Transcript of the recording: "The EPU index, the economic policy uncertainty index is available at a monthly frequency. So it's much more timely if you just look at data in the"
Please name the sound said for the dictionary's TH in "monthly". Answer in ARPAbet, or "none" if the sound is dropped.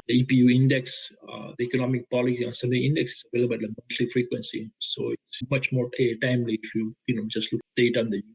S